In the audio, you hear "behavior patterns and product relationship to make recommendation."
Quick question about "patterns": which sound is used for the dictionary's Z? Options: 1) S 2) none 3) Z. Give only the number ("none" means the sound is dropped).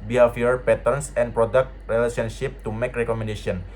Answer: 1